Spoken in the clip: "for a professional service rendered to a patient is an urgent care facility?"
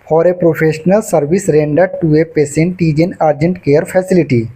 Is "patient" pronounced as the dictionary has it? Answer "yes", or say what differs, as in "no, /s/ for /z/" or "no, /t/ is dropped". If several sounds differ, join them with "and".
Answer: no, /s/ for /ʃ/